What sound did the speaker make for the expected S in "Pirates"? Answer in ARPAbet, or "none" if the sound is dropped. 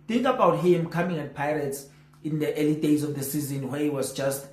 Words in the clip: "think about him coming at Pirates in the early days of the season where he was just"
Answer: S